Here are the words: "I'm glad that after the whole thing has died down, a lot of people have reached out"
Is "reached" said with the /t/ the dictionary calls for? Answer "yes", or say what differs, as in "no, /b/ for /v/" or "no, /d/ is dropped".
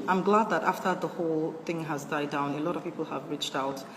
yes